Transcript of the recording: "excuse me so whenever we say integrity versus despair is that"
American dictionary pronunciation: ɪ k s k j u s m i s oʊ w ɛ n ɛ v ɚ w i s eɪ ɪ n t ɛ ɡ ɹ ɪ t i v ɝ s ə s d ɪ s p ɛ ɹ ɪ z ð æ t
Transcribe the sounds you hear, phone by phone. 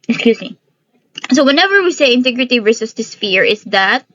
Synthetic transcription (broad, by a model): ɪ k s k j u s m i s oʊ w ɛ n ɛ v ɚ w i s eɪ ɪ n t ɛ ɡ ɹ ɪ t i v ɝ s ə s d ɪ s f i ɹ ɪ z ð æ t